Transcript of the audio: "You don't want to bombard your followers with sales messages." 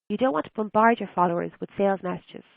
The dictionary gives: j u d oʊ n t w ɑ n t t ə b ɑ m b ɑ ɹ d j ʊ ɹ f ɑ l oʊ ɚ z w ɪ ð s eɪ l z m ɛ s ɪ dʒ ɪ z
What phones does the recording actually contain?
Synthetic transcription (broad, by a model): j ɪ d oʊ n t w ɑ n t t ə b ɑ m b ɑ ɹ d j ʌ ɹ f ɑ l oʊ ɚ z w ɪ ð s eɪ l z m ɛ s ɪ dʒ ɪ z